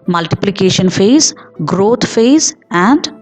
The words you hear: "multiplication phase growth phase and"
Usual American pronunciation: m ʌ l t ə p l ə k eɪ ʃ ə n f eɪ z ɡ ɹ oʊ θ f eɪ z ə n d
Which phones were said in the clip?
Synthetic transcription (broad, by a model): m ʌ l t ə p l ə k eɪ ʃ ə n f eɪ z ɡ ɹ oʊ t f eɪ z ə n d